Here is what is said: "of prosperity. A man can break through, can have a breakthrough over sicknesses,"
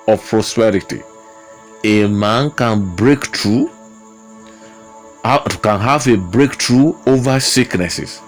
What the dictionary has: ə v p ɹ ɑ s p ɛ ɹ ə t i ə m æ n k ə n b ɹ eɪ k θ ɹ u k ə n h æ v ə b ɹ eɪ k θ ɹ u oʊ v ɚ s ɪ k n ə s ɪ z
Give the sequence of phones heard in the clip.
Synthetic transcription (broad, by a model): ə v p ɹ ɑ s p ɛ ɹ ə t i ə m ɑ n k ə n b ɹ eɪ k t ɹ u k ə n h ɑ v ə b ɹ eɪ k t ɹ u oʊ v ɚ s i k n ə s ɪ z